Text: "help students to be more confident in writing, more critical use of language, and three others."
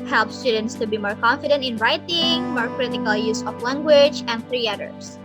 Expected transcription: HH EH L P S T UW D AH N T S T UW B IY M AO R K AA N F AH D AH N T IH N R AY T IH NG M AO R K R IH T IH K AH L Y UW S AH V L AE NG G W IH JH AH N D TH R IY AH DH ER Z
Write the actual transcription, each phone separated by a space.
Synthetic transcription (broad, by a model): HH EH L P S T UW D AH N T S T UW B IY M AO R K AA N F AH D AH N T IH N R AY T IH NG M AO R K R IH T IH K AH L Y UW S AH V L AE NG G W IH JH AH N D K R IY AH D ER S